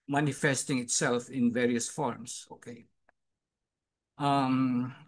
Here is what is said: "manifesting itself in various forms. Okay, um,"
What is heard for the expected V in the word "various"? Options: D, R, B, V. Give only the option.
V